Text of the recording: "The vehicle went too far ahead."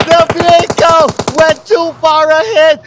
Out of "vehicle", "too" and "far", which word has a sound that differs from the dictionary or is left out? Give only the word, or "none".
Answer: vehicle